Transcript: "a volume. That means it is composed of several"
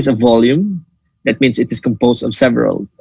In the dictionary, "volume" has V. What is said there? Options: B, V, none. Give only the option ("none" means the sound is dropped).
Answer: V